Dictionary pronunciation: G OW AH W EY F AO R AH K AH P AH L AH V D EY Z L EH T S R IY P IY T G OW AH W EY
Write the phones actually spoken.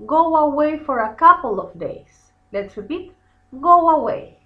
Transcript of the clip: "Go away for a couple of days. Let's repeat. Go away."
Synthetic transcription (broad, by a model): G OW AH W EY F AO R AH K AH P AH L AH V D EY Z L EH T S R IY P IY T G OW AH W EY